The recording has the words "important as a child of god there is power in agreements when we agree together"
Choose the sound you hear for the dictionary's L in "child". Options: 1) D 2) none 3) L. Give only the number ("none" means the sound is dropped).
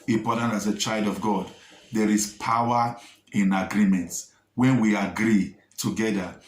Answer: 3